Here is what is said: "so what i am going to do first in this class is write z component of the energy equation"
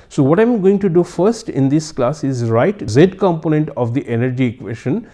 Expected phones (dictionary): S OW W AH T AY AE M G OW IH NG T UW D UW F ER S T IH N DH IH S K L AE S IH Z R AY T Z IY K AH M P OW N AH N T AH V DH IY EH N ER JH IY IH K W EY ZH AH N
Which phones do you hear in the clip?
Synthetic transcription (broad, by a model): S OW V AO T AY M G OW IH NG T UW D UW F ER S T IH N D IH S K L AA S IH Z R AY T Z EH K AH M P OW N AH N T AH V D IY EH N ER JH IY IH K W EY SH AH N